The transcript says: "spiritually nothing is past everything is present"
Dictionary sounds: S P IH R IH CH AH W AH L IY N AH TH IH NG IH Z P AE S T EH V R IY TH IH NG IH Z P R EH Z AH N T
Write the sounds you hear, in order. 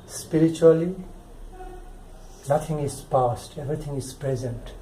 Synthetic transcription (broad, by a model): S P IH R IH CH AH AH L IY N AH T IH NG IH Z P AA S T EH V R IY T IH NG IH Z P R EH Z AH N T